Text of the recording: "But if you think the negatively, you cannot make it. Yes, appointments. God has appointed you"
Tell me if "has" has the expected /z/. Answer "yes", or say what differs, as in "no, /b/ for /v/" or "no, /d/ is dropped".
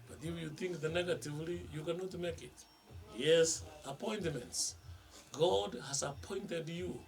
no, /s/ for /z/